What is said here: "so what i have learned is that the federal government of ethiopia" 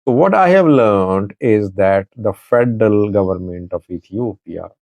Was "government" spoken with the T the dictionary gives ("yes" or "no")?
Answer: yes